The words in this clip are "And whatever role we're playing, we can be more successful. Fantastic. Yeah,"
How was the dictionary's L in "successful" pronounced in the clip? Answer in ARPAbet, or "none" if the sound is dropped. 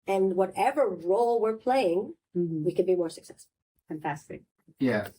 N